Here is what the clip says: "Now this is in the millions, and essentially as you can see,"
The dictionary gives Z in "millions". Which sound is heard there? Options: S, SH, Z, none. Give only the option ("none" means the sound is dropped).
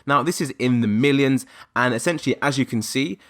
Z